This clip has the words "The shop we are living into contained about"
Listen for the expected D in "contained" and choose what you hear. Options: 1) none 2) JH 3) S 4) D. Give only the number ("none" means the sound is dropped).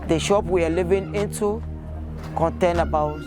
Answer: 1